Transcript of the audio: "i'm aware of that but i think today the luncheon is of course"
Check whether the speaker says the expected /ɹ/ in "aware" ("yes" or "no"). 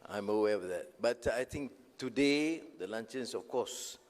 no